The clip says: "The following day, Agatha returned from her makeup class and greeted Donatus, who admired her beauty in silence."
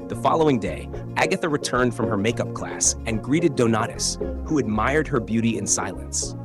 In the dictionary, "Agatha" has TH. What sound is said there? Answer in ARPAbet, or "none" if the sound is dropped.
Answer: TH